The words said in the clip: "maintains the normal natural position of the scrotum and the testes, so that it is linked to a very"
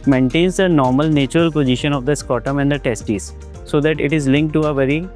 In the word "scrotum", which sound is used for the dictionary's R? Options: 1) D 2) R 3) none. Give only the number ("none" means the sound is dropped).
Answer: 3